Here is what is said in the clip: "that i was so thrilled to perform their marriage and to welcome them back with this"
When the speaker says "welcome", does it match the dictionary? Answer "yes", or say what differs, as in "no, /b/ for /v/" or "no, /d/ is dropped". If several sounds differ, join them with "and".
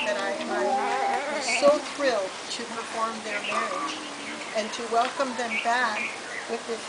yes